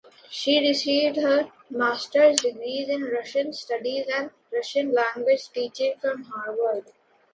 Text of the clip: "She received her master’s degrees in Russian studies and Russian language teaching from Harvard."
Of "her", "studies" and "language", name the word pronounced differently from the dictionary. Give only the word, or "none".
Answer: none